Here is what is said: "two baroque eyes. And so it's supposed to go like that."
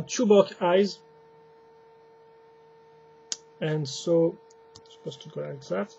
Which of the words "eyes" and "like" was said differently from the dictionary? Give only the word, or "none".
none